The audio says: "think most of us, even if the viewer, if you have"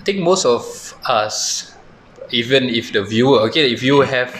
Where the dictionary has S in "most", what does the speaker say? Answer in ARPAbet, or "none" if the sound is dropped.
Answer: S